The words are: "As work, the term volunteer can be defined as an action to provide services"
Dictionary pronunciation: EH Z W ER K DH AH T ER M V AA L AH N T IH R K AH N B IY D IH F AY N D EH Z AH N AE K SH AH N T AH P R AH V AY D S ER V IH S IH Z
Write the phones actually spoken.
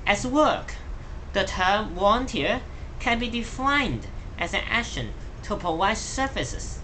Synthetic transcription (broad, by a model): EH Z W ER K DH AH T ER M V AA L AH N T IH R K AH N B IY D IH F AY N D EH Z AH N AE K SH AH N T AH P AH W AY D S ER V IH S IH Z